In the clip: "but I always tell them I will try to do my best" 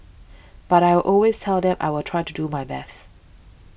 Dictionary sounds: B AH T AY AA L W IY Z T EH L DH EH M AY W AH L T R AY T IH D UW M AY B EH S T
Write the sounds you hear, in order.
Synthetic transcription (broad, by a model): B AH T AY AA L W IY Z T EH L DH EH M AY W AH L T R AY T IH D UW M AY B EH S T